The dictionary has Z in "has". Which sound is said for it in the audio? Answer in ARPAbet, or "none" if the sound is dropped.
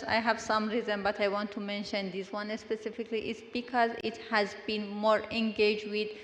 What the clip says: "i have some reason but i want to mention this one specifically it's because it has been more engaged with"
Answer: Z